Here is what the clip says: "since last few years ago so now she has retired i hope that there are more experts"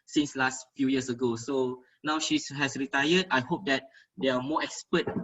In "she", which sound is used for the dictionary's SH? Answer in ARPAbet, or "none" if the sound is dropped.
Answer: SH